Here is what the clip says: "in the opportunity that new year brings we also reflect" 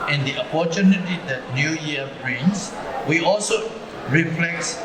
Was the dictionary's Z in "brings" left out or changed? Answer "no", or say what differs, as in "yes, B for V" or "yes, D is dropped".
yes, S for Z